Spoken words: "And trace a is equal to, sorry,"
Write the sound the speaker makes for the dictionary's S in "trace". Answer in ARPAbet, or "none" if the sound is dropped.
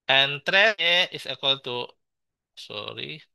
none